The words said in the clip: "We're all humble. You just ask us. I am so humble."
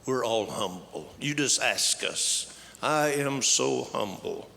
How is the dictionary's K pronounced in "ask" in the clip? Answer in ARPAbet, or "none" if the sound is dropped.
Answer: K